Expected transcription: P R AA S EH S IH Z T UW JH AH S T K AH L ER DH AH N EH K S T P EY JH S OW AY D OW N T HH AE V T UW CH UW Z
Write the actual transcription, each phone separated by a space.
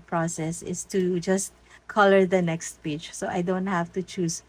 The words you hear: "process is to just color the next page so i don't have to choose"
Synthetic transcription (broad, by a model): P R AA S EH S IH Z T UW JH AH S T K AH L ER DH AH N EH K S T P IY CH S OW AY D OW N T HH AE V T UW CH UW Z